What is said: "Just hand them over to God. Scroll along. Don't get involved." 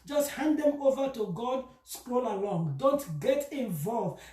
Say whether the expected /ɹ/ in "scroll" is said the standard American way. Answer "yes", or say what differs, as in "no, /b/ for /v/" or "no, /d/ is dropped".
yes